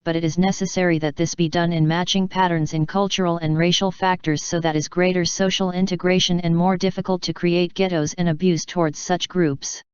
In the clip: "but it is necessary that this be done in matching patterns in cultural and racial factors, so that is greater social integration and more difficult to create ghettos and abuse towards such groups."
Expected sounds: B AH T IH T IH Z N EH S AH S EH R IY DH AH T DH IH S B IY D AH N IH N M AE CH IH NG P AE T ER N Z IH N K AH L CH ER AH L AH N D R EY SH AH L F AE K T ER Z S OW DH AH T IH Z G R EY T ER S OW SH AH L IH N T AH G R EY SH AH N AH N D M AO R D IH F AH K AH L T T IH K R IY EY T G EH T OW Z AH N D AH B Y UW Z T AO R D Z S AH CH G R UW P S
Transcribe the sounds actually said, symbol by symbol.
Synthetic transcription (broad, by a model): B AH T IH T IH Z N EH S AH S EH R IY DH AH T DH IH S B IY D AH N IH N M AE CH IH NG P AE T ER N Z IH N K AH L CH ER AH L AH N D R EY SH L F AE K T ER Z S OW DH AH T IH Z G R EY T ER S OW SH L IH N T AH G R EY SH AH N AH N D M AO R D IH F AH K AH L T T IH K R IY EY T G EH T OW Z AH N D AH B Y UW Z T AO R D Z S AH CH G R UW P S